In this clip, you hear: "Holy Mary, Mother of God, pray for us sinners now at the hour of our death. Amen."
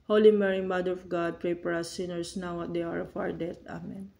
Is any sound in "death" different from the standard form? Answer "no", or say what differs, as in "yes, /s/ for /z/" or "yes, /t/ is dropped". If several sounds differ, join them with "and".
yes, /t/ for /θ/